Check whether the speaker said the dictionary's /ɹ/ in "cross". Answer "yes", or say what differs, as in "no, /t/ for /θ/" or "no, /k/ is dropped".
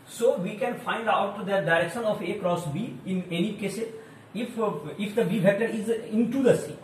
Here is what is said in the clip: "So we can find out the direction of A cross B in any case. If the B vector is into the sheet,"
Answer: yes